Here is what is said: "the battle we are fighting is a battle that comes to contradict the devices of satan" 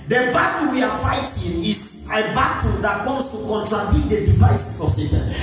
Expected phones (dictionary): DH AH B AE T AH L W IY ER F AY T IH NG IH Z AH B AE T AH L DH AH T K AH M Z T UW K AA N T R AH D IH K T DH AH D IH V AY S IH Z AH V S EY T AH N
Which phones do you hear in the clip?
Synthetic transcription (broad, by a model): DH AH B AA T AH W IY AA F AY T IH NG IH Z AH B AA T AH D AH T K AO M S T UW K AA N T R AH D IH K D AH D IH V AY S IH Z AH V S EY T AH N